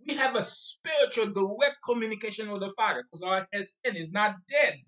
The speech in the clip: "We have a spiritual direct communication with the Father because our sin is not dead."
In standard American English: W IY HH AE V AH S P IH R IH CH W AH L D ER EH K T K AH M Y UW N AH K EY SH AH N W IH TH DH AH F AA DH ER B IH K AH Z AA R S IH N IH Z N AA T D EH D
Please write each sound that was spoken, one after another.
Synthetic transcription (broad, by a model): W IY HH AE V AH S P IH R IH CH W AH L D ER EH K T K AH M Y UW N AH K EY SH AH N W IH DH AH F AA IH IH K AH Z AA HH S IH N IH Z N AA T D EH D